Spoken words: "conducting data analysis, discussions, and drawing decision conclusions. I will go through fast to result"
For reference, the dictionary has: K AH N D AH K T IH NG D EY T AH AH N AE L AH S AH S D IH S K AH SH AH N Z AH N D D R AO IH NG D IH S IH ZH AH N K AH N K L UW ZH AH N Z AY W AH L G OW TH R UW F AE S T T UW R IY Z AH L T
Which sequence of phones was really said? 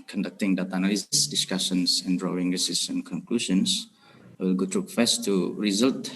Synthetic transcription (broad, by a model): K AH N D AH K T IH NG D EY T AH N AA L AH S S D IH S K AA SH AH N S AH N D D R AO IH NG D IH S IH S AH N K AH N K L UW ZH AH N S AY W AH L G OW T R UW F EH S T T UW R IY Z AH L T